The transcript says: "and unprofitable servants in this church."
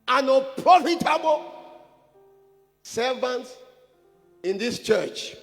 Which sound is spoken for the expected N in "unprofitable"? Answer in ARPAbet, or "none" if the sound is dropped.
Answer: none